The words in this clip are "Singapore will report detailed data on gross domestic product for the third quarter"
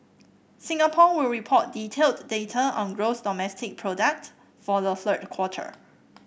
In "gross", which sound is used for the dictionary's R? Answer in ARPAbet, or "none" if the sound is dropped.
R